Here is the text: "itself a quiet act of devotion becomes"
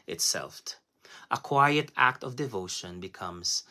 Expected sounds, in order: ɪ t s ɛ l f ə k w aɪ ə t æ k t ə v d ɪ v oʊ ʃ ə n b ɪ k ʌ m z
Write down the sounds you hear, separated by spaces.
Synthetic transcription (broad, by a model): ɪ t s ɛ l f ə k w aɪ ə t æ k t ə v d ɪ v oʊ ʃ ə n b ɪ k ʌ m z